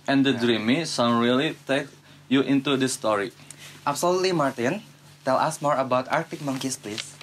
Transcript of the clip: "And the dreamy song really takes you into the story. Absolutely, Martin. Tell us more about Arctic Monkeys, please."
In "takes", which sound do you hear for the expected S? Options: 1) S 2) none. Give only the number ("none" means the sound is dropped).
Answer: 2